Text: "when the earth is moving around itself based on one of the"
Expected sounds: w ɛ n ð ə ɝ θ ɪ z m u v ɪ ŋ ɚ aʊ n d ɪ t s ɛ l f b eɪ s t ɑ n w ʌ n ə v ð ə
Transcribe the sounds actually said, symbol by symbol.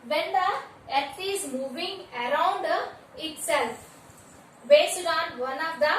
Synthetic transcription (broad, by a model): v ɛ n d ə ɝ t ɪ z m u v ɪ ŋ ɚ aʊ n d ɪ t s ɛ l f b eɪ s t ɑ n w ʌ n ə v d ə